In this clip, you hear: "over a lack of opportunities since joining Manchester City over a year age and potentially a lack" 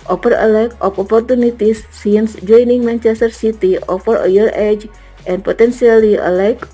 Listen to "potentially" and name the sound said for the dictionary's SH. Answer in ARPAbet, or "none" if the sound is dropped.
S